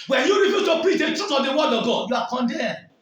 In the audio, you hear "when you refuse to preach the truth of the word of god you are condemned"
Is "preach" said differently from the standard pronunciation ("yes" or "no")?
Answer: yes